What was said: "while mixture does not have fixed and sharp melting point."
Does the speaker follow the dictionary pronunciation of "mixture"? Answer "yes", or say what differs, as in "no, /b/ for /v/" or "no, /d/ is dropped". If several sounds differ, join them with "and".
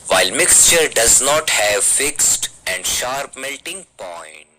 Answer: yes